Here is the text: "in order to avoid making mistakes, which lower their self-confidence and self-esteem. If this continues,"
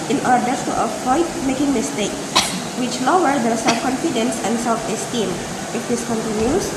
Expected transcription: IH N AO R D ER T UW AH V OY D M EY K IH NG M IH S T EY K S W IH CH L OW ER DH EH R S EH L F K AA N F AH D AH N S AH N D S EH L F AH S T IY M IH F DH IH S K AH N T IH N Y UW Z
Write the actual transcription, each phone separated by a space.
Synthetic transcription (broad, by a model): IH N AO R D ER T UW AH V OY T M EY K IH NG M IH S T EY K S W IH CH L OW ER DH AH S EH L F K AA N F AH D AH N S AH N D S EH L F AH S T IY M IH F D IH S K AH N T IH N Y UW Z